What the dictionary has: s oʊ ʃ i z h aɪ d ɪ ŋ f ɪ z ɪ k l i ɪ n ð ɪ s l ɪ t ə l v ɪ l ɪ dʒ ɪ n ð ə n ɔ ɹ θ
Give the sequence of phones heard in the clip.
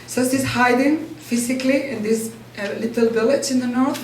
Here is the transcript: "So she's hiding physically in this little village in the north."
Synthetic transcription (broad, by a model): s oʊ s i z h aɪ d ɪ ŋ f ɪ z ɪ k l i ɪ n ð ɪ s l ɪ t ə l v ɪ l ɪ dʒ ɪ n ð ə n ɔ ɹ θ